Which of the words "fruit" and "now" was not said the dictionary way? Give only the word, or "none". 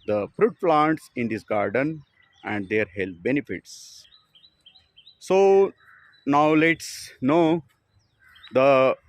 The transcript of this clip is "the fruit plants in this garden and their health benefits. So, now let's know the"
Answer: none